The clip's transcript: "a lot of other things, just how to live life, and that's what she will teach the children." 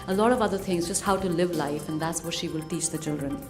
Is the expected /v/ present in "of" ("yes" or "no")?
yes